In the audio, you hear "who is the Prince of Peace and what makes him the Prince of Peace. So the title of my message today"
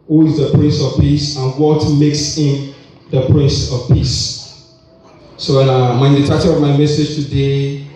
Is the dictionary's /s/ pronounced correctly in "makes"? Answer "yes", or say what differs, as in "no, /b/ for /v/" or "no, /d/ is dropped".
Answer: yes